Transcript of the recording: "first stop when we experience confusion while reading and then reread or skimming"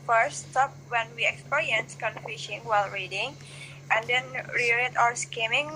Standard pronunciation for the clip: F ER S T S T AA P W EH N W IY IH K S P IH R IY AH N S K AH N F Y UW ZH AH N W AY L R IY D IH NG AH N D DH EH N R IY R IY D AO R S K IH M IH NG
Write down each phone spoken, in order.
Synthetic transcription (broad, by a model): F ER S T S T AA P W EH N W IY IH K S P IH R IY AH N S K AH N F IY SH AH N W AY L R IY D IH NG AH N D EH N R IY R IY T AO W S K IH M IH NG